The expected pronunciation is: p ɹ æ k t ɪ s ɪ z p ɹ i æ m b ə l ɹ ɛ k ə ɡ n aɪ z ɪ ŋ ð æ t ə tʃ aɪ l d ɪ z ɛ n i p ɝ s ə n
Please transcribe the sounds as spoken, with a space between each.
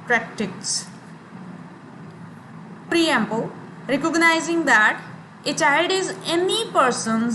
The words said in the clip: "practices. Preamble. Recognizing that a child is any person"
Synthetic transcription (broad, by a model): p ɹ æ k t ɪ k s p ɹ i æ m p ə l ɹ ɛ k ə ɡ n aɪ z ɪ ŋ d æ t ə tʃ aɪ d ɪ z ɛ n i p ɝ s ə n